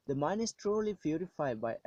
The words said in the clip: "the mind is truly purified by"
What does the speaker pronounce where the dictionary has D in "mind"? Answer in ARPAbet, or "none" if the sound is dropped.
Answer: none